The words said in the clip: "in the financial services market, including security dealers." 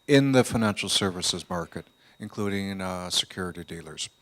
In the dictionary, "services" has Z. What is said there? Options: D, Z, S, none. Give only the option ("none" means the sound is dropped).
Z